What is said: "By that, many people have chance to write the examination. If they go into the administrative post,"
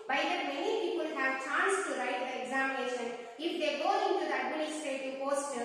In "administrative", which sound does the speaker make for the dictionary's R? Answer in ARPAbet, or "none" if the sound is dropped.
none